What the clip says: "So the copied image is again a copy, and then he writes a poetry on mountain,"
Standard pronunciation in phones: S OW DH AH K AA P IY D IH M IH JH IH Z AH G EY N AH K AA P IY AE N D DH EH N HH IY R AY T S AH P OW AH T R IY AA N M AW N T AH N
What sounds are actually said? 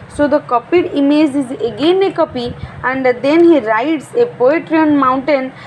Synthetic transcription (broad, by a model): S OW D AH K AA P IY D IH M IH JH IH Z AH G EY N AH K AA P IY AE N D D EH N HH IY R AY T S AH P OW AH T R IY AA N M AW N T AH N